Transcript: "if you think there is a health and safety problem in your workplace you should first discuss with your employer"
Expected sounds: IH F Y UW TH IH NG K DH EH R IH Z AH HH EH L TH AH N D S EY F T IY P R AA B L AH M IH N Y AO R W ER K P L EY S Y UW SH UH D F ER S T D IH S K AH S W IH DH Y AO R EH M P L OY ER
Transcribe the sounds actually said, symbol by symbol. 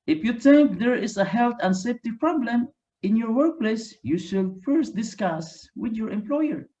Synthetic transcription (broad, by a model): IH F Y UW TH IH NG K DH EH R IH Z AH HH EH L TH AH N S EY F T IY P R AA B L AH M IH N Y AO R W ER K P L EY S Y UW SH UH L F ER S T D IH S K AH S W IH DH Y AO R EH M P L OY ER